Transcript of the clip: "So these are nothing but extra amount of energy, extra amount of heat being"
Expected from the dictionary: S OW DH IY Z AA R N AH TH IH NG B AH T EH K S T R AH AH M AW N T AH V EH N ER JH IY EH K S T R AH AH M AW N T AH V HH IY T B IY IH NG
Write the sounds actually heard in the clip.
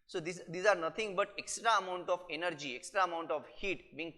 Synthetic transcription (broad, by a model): S OW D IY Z AA R N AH T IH NG B AH T EH K S T R AH AH M AW N T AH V EH N ER JH IY EH K S T R AH AH M AW N T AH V HH IY T B IY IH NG